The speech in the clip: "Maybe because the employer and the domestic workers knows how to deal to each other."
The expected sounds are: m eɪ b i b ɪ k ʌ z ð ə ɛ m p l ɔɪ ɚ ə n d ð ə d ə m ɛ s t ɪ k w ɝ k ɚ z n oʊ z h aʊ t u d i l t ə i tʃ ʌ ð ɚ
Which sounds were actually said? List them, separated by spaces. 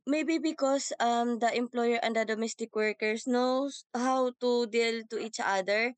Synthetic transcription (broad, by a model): m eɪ b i b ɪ k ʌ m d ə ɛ m p l ɔɪ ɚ ə n d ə d ə m ɛ s t ɪ k w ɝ k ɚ s n oʊ s h aʊ t u d i l t ə i tʃ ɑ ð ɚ